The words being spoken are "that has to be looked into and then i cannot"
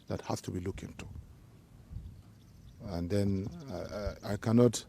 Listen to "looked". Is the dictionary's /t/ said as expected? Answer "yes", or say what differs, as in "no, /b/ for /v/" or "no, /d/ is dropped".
no, /t/ is dropped